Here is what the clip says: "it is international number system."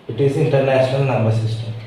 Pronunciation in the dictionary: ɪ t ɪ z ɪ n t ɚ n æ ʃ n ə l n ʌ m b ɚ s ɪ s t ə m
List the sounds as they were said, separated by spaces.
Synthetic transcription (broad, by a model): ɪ t ɪ z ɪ n t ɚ n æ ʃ n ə l n ʌ m b ɚ s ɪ s t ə m